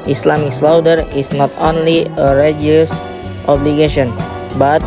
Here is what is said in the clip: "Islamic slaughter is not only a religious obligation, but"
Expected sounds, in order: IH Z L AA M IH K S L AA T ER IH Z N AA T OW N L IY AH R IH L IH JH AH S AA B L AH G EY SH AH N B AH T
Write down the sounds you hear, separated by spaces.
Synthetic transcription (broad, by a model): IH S L AA M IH K S L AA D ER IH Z N AA T OW N L IY AH R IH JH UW AH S AA B L AH G EY SH AH N B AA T